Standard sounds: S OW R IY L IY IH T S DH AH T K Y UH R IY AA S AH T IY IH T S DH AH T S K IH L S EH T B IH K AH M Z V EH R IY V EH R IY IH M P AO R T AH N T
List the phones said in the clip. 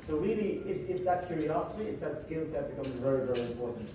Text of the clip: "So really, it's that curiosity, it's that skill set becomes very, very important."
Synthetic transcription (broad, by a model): S OW R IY L IY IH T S DH AH T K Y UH R IY AA S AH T IY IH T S DH AH T S K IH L S EH T B IH K AH M Z V EH R IY V EH R IY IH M P AO R T N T